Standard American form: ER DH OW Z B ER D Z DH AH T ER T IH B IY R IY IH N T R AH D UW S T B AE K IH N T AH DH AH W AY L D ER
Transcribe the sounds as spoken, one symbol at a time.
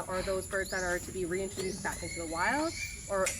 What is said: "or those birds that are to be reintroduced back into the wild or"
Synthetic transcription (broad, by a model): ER DH OW Z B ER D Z DH AH T ER T IH B IY R IY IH N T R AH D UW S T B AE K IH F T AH DH AH W AY L D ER